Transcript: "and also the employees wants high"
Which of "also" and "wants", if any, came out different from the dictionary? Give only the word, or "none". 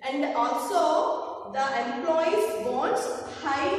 wants